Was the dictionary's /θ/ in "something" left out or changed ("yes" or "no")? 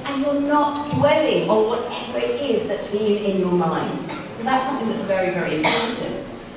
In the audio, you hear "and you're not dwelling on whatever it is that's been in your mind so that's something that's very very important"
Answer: no